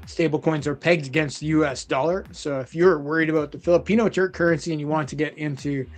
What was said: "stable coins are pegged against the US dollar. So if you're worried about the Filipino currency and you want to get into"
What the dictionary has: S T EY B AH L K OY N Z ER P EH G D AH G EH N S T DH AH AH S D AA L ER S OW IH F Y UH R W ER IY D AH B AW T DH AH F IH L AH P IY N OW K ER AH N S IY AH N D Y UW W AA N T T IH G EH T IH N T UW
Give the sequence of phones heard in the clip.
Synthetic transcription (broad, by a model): S T EY B L K OY N Z ER P EH G D AH G EH N S T DH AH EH S D AA L ER S OW IH F Y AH R W ER IY D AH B AW T DH AH F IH L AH P IY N OW K ER AH N S IY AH N Y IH W AA N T T IH G EH T IH N T UW